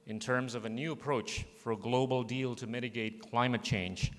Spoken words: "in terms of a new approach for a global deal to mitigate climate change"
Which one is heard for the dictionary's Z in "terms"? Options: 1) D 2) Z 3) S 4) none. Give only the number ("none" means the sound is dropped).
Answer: 2